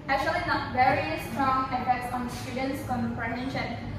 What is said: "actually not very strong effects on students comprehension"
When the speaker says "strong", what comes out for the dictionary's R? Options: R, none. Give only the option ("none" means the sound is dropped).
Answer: R